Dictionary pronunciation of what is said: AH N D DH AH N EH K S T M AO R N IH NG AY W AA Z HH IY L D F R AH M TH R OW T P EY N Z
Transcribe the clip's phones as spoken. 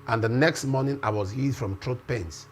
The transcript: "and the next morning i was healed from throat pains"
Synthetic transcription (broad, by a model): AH N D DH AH N EH K S T M AO N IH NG AY W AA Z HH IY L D F R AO M T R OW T P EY N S